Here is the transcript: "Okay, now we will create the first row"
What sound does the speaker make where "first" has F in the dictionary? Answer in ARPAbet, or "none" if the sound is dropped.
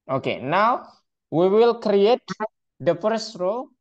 P